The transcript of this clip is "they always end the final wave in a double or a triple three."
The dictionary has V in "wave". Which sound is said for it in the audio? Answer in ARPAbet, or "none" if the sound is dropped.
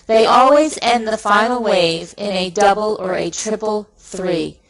V